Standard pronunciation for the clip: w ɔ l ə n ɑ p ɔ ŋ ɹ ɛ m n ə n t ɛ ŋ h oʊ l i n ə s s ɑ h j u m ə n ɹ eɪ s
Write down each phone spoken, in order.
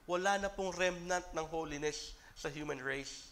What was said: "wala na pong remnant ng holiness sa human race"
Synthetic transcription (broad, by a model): w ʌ l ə n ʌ p ɔ ŋ ɹ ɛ m n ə n t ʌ ŋ h oʊ l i n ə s s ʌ h j u m ə n ɹ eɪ s